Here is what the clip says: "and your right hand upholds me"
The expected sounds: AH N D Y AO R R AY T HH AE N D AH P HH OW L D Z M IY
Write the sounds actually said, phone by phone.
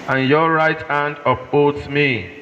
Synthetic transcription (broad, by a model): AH N Y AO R R AY T HH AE N D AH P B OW D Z M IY